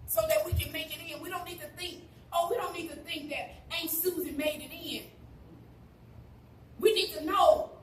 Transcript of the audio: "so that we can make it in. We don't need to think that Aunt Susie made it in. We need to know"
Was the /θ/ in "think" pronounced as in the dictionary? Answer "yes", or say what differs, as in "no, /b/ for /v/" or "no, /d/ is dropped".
yes